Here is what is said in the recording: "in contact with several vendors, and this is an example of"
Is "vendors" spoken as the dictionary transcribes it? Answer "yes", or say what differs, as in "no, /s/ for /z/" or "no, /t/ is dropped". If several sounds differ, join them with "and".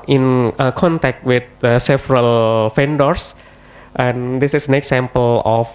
no, /f/ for /v/